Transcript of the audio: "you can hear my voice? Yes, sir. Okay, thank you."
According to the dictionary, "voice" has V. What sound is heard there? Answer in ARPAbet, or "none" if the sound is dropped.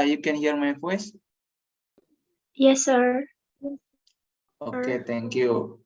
F